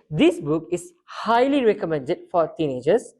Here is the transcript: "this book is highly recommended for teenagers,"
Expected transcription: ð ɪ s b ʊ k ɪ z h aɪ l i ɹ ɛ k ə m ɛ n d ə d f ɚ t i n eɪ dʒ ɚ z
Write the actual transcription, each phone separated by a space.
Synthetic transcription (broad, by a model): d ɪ s b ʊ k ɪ s h aɪ l i ɹ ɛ k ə m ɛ n d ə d f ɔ t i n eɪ dʒ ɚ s